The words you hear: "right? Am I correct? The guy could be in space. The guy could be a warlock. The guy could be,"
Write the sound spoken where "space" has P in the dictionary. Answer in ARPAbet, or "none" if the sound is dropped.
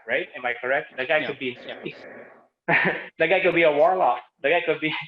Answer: none